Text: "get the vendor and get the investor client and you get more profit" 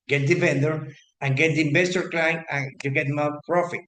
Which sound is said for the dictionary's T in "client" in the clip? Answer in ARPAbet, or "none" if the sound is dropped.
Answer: none